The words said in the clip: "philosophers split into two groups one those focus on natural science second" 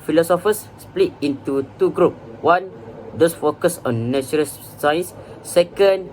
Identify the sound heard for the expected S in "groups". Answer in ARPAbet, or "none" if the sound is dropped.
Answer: none